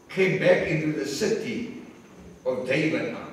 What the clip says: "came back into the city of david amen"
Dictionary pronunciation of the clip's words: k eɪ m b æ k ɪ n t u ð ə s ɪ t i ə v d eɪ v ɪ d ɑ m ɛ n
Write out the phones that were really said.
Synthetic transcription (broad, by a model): k eɪ m b æ k ɪ n t u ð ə s ɪ t i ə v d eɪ ɪ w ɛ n